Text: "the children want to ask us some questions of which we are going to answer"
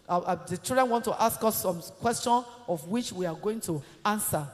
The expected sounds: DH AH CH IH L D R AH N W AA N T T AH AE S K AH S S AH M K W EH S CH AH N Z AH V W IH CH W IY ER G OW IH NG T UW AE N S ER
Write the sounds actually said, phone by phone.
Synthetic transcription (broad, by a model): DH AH CH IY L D R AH N W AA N T T AH S K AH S S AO M K W EH S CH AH N AH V W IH CH W IY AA G OW IH NG T UW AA N S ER